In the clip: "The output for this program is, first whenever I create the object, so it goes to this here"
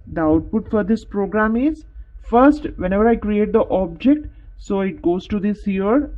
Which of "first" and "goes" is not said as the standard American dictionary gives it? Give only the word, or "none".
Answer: none